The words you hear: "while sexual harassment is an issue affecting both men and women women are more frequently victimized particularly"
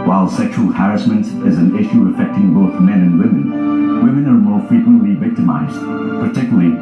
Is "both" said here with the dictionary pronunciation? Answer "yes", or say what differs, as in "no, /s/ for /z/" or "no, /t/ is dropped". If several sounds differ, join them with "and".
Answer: yes